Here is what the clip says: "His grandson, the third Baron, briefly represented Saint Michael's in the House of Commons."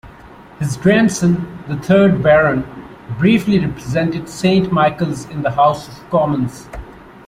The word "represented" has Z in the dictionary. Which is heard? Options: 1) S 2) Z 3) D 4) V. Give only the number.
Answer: 2